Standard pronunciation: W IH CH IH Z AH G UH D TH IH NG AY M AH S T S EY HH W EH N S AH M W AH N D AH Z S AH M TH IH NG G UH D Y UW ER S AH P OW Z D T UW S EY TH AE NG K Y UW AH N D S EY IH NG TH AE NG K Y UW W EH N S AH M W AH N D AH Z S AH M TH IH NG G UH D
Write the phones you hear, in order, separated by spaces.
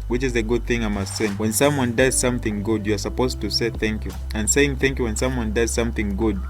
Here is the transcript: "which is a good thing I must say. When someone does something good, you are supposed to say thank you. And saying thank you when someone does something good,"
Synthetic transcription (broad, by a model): W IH CH IH Z AH G UH D TH IH NG AY M AH S T S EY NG W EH N S AH M W AH N D AH Z S AH M TH IH NG G UH D Y UW ER S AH P OW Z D T UW S EY TH AE NG K Y UW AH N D S EY IH NG TH AE NG K Y UW W EH N S AH M W AH N D AH Z S AH M TH IH NG G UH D